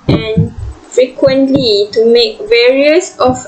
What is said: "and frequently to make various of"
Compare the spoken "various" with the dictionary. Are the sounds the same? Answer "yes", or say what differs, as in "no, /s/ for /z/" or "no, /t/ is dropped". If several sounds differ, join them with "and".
yes